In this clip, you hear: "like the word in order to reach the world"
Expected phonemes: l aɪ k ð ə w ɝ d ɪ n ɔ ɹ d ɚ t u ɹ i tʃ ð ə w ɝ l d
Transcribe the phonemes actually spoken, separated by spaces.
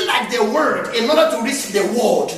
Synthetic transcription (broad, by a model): l aɪ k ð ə w ɝ d ɪ n ɔ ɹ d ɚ t u ɹ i s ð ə w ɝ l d